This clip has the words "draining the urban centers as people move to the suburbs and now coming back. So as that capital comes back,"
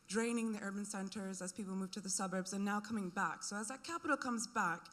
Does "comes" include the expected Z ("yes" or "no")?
yes